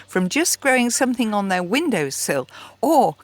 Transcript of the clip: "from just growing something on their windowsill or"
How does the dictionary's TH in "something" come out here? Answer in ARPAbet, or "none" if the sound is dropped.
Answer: TH